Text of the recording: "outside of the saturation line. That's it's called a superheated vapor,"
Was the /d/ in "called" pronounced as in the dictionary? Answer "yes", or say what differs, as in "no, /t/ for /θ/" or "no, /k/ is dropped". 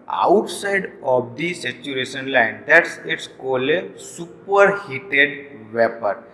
no, /d/ is dropped